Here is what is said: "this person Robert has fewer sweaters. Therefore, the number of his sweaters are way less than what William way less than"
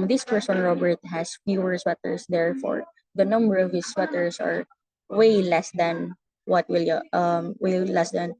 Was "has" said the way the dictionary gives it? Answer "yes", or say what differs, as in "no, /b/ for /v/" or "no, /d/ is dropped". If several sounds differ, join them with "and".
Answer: no, /s/ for /z/